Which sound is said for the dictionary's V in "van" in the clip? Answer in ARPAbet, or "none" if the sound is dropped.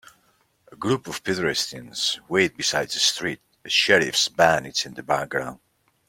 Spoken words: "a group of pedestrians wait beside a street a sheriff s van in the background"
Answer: B